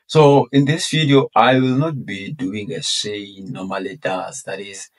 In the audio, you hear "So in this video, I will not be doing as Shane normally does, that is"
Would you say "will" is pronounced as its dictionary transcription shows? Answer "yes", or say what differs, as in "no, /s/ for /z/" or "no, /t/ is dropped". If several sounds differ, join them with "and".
yes